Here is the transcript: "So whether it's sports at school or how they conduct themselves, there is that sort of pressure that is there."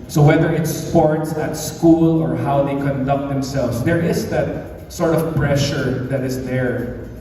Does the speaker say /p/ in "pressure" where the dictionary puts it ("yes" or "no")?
yes